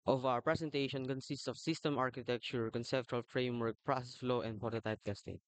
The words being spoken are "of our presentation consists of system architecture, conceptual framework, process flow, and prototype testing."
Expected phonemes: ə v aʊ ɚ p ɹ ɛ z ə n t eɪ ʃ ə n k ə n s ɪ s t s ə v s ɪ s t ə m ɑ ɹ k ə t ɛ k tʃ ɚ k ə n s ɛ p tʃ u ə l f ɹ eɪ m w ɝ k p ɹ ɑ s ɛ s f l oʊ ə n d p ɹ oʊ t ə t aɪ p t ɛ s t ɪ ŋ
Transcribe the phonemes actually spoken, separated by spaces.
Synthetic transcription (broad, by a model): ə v aʊ ɚ p ɹ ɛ s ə n t eɪ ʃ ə n k ə n s ɪ s t s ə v s ɪ s t ə m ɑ ɹ k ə t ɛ k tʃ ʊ k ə n s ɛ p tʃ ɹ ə l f ɹ eɪ m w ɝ k p ɹ ɑ s ɛ s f l oʊ ə n d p oʊ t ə t aɪ p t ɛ s t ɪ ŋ